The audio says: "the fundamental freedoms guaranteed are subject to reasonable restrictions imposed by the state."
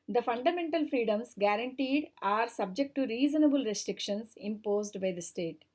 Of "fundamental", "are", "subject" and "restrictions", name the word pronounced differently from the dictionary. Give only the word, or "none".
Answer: restrictions